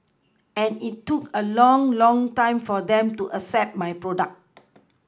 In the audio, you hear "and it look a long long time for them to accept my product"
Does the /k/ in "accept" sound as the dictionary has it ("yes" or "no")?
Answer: no